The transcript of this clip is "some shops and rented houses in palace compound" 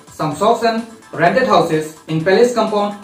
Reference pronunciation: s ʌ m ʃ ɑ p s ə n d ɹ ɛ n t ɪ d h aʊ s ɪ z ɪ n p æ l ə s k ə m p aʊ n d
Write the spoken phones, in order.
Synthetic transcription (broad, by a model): s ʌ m s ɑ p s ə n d ɹ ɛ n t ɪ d h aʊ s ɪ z ɪ n p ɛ l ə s k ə m p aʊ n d